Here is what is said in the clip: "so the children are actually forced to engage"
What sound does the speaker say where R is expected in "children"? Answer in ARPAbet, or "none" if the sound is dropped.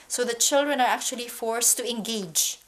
R